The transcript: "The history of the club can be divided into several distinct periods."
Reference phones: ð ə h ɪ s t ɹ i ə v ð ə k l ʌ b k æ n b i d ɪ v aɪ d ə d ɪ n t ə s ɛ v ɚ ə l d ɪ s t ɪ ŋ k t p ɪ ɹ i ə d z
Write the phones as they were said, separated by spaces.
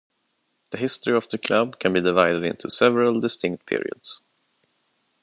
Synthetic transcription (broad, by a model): ð ə h ɪ s t ɹ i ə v ð ə k l ʌ b k æ n b i d ɪ v aɪ d ə d ɪ n t ə s ɛ v ɚ ə l d ɪ s t ɪ ŋ k t p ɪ ɹ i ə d s